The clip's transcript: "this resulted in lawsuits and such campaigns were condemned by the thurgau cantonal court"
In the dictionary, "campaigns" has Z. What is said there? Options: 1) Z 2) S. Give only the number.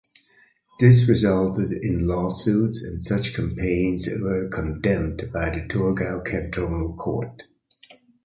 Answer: 1